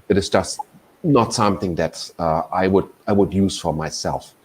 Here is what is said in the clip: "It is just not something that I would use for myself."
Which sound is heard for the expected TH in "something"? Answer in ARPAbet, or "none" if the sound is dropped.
TH